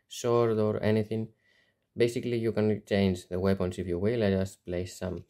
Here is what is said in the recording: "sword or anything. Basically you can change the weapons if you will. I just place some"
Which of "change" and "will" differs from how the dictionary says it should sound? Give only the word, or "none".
none